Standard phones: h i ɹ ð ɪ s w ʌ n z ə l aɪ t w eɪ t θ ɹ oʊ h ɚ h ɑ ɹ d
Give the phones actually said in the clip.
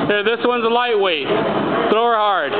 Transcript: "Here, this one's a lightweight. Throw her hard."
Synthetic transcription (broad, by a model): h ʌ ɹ ð ɪ s w ʌ n z ə l aɪ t w eɪ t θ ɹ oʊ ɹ h ɑ ɹ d